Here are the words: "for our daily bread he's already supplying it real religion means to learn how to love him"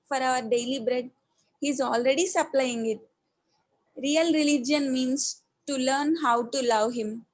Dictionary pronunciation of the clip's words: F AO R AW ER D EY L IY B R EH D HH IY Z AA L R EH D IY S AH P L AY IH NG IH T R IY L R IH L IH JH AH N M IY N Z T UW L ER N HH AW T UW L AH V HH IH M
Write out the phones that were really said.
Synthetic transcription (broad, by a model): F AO R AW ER D EY L IY B R EH D HH IY Z AA L R EH D IY S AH P L AY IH NG IH T R IY L R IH L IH JH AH N M IY N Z T UW L ER N HH AW T UW L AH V HH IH M